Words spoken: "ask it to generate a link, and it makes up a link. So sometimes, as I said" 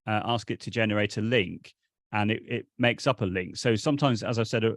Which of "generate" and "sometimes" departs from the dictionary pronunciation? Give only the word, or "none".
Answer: none